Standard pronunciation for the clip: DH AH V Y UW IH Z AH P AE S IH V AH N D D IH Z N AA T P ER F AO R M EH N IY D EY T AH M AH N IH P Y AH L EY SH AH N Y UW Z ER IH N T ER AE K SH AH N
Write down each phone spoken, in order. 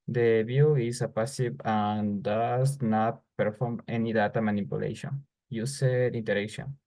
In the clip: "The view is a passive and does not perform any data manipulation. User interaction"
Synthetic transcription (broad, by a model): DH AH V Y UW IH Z AH P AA S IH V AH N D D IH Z N AA T P ER F AO R M EH N IY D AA T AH M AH N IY P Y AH L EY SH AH N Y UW S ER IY N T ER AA K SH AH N